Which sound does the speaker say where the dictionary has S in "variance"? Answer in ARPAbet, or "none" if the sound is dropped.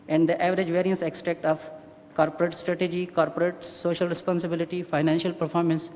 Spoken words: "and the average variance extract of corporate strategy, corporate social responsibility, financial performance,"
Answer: S